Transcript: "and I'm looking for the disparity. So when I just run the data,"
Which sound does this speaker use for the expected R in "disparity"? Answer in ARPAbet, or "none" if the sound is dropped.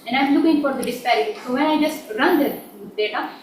none